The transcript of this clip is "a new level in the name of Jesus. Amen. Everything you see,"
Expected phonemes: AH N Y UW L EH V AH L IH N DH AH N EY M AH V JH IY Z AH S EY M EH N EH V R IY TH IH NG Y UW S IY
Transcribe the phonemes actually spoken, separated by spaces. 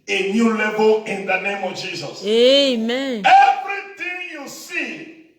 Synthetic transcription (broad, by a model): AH N Y UW L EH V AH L IH N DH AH N EY M AH V JH IY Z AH S EY M EH N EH V R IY T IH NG Y UW S IY